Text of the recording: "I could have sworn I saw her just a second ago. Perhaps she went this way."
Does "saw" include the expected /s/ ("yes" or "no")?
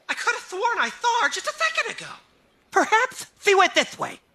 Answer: no